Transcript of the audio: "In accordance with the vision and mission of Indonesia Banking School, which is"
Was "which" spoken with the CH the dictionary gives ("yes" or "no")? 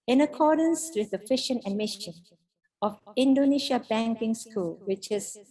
yes